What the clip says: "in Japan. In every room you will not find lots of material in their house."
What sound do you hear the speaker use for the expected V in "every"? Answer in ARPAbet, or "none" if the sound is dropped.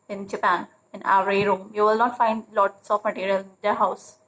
none